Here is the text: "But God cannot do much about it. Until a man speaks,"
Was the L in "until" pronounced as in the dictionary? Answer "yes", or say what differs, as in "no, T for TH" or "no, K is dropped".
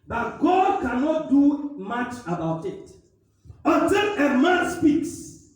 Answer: no, N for L